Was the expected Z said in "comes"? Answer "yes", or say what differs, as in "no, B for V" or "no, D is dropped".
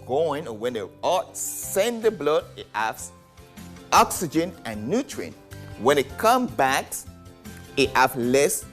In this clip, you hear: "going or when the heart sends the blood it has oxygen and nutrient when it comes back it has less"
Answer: no, Z is dropped